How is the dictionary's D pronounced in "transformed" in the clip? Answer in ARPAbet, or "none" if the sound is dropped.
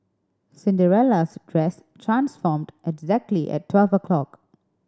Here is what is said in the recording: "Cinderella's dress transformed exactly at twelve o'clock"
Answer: D